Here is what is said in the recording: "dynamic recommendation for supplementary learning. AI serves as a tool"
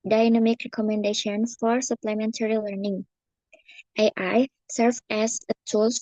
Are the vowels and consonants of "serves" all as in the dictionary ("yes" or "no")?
no